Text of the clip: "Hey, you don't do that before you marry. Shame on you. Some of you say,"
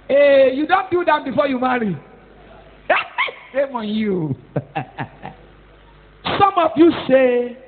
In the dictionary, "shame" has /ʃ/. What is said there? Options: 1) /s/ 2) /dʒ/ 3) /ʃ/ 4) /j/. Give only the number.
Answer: 1